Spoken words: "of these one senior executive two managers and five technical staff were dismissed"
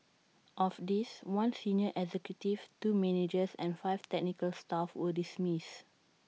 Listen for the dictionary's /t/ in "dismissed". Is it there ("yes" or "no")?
no